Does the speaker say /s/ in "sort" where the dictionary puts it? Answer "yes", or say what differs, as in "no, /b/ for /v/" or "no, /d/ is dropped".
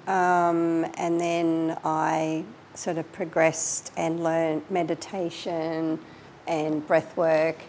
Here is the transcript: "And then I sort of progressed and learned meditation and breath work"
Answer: yes